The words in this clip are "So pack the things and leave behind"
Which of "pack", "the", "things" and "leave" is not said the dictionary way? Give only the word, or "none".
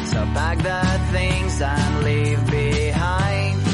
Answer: pack